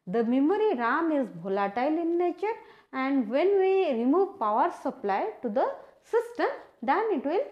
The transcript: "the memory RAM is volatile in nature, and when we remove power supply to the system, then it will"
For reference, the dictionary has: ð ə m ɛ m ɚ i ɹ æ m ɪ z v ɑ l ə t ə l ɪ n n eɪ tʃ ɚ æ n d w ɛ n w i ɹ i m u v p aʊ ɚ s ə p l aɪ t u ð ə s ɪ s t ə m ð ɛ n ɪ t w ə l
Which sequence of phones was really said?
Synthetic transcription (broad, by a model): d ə m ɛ m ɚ i ɹ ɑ m ɪ z b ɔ l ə t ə l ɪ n n eɪ tʃ ɚ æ n d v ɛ n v i ɹ i m u v p aʊ ɚ s ə p l aɪ t u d ə s ɪ s t ə m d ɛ n ɪ t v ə l